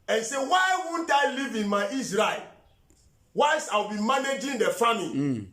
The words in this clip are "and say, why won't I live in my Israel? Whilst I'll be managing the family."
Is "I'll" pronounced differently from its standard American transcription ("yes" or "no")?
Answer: yes